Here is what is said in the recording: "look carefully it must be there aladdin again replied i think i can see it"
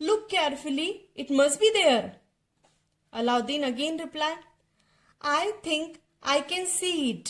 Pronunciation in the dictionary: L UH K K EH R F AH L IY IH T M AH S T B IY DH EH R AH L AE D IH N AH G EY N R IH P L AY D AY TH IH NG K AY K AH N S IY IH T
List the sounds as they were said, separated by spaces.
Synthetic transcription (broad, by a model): L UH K K EH R F AH L IY IH T M AH S T B IY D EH R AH L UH D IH N AH G EY N R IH P L AY AY T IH NG K AY K AH N S IY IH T